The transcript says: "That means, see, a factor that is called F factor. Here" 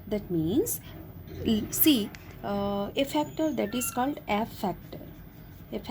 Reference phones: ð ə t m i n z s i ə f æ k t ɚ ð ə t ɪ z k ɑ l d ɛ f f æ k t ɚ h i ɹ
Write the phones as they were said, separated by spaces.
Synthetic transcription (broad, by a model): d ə t m i n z s i ə f æ k t ɚ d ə t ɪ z k ɑ l d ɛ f f æ k t ɚ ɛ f